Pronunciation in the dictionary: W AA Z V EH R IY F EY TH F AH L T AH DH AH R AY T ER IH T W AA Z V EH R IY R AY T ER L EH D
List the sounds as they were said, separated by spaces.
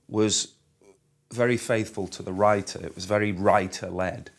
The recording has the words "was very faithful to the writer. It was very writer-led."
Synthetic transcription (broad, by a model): W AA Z V EH R IY F EY TH F AH L T AH DH AH R AY T ER IH T W AA Z V EH R IY R AY T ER L EH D